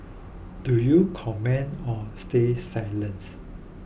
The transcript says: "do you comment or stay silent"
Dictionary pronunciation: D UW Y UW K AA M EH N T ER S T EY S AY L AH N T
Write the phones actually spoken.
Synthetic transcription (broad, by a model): D UW Y UW K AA M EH N AO S T EY S AY L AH N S